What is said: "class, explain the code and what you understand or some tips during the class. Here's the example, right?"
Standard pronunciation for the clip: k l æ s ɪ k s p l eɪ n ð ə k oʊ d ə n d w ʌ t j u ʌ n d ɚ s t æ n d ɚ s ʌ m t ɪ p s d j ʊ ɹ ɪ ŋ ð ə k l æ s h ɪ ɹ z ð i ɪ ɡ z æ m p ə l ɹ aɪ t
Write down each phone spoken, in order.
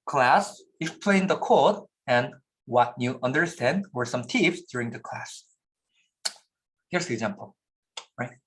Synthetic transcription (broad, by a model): k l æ s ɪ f p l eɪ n ð ə k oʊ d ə n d w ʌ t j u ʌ n d ɚ s t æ n d ɚ s ʌ m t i f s d j ʊ ɹ ɪ ŋ ð ə k l æ s h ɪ ɹ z ð i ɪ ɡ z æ m p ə l ɹ aɪ t